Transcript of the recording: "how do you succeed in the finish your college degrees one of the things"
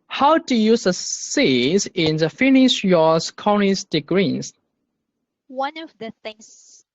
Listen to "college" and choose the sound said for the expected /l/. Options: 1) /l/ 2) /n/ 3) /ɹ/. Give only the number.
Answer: 2